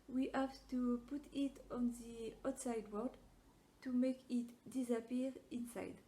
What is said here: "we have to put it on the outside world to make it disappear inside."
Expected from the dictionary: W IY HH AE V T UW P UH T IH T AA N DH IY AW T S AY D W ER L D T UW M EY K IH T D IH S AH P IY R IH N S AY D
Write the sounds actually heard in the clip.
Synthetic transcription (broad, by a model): W IY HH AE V T UW P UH T IH T AA N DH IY AW T S AY D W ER D T UW M EY K IH T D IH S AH P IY R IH N S AY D